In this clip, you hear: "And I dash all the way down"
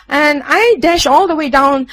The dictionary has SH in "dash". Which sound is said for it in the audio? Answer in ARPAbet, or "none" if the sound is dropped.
SH